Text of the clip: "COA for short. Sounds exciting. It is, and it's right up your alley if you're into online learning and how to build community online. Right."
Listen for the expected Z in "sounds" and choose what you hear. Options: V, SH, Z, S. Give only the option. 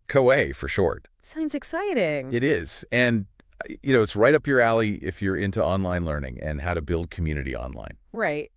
Z